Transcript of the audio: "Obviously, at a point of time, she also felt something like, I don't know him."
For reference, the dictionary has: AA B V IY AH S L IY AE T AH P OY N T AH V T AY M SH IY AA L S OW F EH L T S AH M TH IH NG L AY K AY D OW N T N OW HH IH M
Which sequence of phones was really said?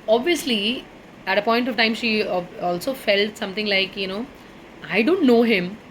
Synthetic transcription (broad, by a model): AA B V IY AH S L IY AE T AH P OY N T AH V T AY M SH IY AA L S OW F EH L T S AH M T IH NG L AY K AY D OW N T N OW HH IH M